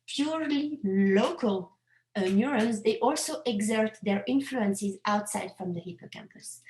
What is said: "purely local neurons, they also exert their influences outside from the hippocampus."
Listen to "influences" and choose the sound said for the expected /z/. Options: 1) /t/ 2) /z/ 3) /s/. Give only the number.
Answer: 2